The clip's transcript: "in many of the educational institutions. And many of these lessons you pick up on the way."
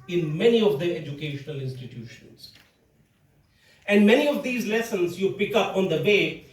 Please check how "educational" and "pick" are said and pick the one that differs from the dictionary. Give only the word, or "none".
none